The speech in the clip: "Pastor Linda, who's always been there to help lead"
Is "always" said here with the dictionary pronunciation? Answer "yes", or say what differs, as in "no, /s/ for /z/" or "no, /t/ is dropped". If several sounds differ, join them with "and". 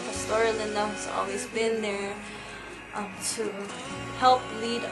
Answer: yes